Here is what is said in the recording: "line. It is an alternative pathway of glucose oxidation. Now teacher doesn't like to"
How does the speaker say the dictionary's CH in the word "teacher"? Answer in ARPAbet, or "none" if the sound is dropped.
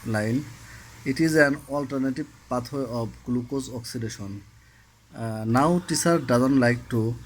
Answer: S